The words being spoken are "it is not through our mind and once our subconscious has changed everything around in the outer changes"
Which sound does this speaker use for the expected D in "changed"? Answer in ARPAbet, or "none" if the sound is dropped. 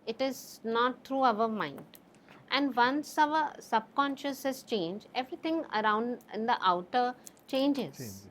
none